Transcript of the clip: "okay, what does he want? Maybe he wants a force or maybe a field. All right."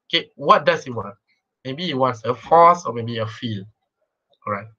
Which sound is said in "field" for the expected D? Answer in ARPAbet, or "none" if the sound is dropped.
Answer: none